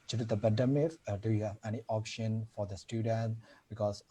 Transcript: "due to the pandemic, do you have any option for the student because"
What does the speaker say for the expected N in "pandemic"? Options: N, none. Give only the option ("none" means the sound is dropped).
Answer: none